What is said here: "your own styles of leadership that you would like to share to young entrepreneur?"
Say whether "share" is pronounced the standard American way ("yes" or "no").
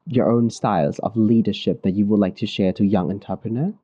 yes